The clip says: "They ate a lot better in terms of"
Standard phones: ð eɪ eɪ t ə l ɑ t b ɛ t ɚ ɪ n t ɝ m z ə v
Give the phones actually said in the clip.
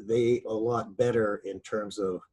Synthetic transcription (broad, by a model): ð eɪ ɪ ə l ɑ t b ɛ t ɚ ɪ n t ɝ m z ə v